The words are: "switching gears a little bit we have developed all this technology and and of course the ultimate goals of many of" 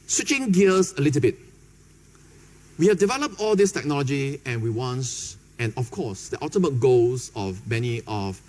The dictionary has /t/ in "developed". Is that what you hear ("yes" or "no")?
yes